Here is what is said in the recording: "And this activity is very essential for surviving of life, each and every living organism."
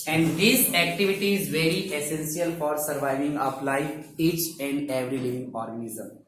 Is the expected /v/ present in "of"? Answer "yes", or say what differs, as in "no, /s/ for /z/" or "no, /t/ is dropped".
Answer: no, /p/ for /v/